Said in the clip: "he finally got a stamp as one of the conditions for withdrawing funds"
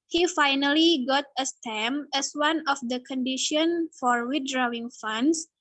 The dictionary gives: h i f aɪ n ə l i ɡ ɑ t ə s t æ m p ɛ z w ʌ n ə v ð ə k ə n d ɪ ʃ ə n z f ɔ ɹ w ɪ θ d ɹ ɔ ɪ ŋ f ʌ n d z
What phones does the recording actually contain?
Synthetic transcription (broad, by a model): h i f aɪ n ə l i ɡ ɑ t ə s t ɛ m ɛ s w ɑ n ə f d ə k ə n d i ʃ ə n f ɔ ɹ w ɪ t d ɹ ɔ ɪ ŋ f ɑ n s